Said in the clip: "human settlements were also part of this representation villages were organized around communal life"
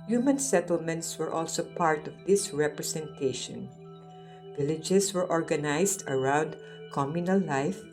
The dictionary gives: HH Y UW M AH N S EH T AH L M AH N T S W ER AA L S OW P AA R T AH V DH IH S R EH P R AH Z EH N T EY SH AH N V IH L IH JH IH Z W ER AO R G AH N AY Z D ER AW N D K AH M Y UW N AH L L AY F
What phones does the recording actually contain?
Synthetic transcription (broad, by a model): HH Y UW M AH N S EH T AH L M AH N T S W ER AA L S OW P AA R T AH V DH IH S R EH P R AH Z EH N T EY SH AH N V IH L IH JH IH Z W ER AO R G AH N AY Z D ER AW N D K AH M Y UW N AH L L AY F